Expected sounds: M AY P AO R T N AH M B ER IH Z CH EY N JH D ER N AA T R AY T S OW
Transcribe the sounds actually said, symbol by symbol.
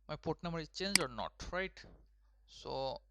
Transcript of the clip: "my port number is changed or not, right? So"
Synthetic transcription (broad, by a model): M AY P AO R T N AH M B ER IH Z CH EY N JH ER N AA T R AY T S OW